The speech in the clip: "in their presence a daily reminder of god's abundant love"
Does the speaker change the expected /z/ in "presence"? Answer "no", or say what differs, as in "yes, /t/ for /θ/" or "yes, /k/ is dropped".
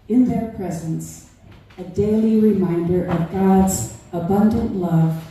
no